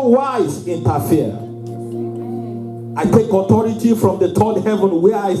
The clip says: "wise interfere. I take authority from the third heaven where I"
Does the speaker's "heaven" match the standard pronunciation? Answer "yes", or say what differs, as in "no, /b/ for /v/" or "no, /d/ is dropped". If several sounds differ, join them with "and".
yes